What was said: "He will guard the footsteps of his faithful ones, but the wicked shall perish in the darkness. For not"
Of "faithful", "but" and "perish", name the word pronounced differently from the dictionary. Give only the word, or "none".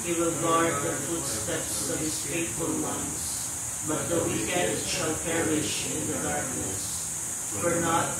faithful